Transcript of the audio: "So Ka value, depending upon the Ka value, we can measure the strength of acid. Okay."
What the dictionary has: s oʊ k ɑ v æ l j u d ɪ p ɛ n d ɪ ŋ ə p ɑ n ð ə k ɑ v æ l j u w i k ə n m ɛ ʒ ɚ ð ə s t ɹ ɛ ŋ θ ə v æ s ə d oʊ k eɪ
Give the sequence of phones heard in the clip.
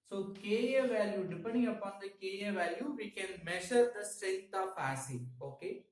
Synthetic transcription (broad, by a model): s oʊ k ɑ v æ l j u d ɪ p ɛ n d ɪ ŋ ə p ɑ n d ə k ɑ v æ l j u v i k ə n m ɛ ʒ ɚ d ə s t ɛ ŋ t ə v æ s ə oʊ k eɪ